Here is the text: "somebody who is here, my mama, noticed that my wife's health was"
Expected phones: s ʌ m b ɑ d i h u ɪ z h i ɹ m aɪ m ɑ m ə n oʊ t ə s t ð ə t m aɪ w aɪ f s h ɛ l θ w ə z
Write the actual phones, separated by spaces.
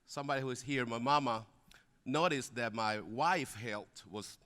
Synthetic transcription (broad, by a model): s ʌ m b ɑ d i h u ɪ z h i ɹ m aɪ m ɑ m ə n oʊ t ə s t ð ə t m aɪ w aɪ f h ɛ l t w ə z